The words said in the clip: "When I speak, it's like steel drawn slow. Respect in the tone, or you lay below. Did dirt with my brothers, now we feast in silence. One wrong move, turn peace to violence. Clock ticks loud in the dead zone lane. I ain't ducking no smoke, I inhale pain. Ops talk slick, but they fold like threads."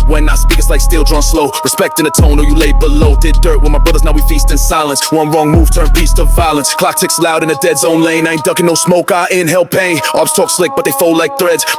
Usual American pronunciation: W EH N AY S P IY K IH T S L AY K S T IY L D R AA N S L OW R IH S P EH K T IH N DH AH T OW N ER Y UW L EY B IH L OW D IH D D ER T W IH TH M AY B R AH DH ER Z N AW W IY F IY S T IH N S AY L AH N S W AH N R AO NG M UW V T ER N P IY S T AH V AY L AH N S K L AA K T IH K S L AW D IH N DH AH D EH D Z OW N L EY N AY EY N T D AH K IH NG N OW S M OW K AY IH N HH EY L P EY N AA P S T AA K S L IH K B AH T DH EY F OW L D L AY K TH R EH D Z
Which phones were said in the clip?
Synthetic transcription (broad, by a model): W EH N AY S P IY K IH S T L AY K S T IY L D R AA N S L OW R IH S P EH K T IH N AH T OW N ER Y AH L EY B IH L OW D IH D D ER T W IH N M AY B R AH DH ER Z N AW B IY F IY S T IH N S AY L AH N S W AH N R AO NG M UW V T ER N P IY S T AH V AY L AH N S K L AA K T IH K S L AW D IH N DH AH D EH D Z OW N L EY N AY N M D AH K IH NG N OW S M OW K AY IH N HH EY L P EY AA B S T AA K S L IH K B AH T DH EY F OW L L AY K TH R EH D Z